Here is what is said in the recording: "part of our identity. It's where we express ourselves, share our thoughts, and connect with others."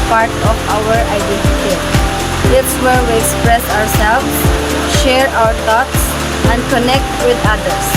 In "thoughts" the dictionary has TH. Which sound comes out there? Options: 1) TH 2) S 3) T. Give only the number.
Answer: 3